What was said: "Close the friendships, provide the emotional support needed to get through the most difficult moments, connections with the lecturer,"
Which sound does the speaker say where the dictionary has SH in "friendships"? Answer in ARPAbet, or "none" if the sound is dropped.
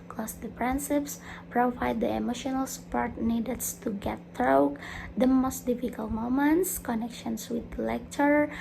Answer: S